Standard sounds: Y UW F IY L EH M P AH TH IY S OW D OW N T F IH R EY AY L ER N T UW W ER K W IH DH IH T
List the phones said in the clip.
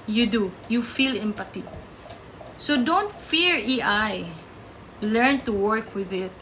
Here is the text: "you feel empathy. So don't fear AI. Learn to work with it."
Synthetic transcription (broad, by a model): Y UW F IY L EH M P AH T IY S OW D OW N T F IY R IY AY L ER N T UW W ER K W IH DH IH T